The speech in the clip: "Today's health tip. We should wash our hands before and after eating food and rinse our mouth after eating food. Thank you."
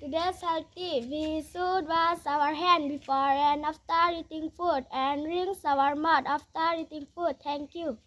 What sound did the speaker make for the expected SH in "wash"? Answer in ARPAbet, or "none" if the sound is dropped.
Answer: S